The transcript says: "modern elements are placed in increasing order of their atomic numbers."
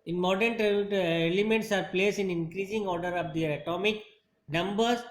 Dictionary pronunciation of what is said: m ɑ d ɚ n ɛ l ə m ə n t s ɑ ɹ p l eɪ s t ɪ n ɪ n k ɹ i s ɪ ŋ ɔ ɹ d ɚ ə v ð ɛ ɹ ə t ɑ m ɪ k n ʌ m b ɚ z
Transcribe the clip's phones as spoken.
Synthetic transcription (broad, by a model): m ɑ d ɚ n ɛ l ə m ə n t s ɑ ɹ p l eɪ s ɪ n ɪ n k ɹ i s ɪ ŋ ɔ ɹ d ɚ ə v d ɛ ɹ ə t ɑ m ɪ k n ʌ m b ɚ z